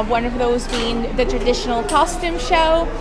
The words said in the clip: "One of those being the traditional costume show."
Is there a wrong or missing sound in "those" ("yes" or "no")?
no